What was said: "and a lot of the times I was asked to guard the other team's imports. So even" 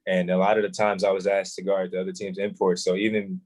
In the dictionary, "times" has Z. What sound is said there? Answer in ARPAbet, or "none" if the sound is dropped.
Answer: Z